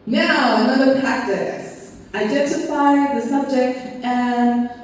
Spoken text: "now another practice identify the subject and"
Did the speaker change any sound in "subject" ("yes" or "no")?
no